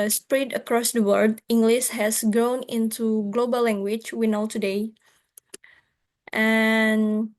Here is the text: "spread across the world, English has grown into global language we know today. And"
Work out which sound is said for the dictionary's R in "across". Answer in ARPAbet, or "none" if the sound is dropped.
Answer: R